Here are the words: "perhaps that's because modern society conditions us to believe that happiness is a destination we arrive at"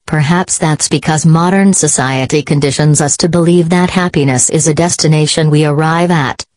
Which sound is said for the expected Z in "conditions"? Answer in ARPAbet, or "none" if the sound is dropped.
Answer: Z